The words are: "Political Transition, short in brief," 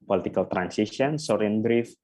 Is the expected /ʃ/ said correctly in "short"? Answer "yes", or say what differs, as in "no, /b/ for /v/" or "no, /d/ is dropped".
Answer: no, /s/ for /ʃ/